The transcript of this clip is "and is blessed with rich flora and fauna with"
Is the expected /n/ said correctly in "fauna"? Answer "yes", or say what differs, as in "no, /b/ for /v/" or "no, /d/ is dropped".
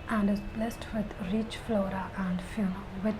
no, /l/ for /n/